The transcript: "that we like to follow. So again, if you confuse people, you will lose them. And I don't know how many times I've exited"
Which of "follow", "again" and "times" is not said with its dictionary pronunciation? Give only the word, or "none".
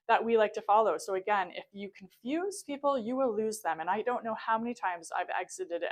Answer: none